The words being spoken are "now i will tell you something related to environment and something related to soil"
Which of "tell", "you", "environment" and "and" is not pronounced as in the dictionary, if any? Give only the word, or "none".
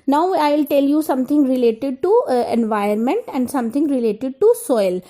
environment